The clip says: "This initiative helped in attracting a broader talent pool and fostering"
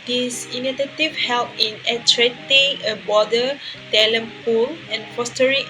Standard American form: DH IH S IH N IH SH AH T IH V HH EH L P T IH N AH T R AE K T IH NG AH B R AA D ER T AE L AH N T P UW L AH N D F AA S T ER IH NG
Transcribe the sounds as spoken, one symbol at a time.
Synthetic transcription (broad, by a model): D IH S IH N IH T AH T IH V HH EH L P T IH N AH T R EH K T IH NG AH B AA D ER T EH L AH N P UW L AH N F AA S T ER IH